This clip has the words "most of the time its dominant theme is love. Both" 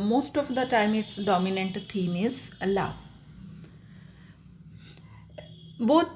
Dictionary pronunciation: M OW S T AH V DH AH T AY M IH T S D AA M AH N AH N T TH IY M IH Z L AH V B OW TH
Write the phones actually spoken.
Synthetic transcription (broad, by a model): M OW S T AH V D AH T AY M IH T S D AA M AH N AH N T T IY M IH Z L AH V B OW